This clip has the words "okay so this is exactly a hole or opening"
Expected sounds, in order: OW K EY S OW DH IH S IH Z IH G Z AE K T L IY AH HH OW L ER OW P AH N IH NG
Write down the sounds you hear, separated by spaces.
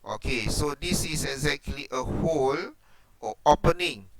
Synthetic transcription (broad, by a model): OW K EY S OW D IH S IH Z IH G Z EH K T L IY AH HH OW L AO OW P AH N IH NG